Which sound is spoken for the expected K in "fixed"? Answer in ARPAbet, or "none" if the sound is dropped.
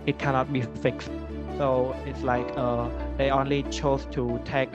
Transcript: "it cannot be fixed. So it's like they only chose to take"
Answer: K